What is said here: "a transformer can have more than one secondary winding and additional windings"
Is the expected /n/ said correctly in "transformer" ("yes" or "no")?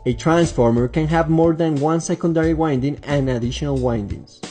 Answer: yes